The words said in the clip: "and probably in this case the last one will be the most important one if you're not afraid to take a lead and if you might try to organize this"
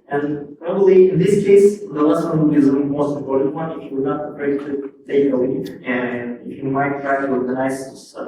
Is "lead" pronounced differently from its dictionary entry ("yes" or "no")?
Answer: yes